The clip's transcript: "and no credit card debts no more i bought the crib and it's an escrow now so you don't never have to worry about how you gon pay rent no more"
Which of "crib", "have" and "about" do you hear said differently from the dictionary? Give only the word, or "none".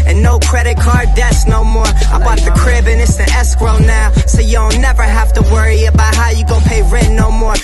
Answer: have